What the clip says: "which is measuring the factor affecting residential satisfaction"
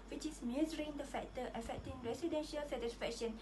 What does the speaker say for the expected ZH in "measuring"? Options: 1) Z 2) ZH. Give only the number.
1